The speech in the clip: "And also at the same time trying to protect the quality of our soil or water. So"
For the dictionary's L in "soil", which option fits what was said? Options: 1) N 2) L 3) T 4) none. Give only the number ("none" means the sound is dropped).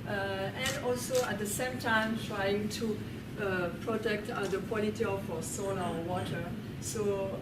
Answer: 1